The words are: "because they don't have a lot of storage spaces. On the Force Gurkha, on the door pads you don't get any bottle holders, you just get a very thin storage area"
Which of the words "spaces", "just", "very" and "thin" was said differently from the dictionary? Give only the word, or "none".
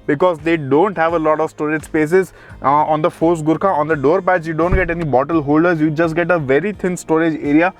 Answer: thin